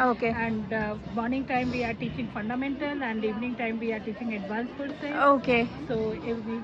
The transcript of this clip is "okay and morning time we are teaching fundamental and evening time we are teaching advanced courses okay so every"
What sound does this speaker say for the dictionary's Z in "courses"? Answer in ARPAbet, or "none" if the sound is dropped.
none